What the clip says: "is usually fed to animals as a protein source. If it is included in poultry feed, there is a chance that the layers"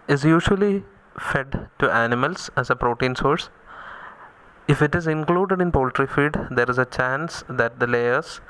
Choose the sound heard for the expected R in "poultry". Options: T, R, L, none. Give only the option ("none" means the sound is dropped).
R